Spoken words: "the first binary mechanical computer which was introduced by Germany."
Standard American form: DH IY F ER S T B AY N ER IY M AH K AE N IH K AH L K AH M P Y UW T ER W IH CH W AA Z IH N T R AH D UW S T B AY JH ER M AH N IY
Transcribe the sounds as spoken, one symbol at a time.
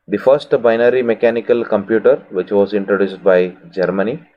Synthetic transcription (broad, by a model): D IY F ER S T B AY N ER IY M AH K AE N IH K AH L K AH M P Y UW T ER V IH CH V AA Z IH N T R AH D UW S T B AY JH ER M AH N IY